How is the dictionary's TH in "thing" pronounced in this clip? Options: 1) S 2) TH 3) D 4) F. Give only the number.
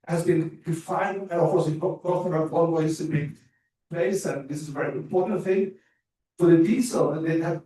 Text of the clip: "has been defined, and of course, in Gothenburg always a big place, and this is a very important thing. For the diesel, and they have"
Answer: 2